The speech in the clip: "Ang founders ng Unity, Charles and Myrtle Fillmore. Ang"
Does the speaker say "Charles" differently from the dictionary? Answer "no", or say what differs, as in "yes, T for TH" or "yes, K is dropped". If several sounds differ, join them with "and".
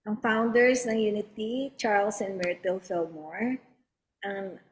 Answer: yes, S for Z